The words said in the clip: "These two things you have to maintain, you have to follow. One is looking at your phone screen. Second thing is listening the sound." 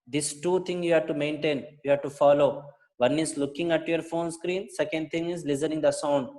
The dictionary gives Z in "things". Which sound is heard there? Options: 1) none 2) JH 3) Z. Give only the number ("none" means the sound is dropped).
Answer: 1